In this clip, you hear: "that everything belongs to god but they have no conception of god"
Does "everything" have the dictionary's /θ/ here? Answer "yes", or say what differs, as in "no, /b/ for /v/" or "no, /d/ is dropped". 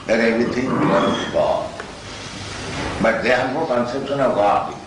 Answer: no, /t/ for /θ/